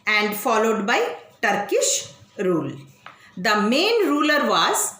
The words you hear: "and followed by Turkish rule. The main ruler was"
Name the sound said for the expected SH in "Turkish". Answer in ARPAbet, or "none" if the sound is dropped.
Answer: SH